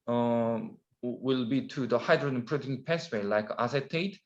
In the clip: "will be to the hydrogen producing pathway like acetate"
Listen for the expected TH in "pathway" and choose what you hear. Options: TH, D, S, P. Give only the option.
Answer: S